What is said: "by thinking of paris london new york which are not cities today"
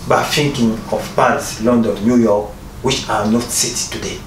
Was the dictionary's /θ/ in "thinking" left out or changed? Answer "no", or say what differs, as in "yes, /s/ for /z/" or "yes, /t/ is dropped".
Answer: yes, /f/ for /θ/